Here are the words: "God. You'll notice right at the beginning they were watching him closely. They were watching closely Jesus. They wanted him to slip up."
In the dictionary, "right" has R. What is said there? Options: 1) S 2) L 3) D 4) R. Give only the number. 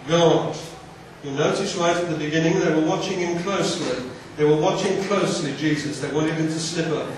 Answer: 2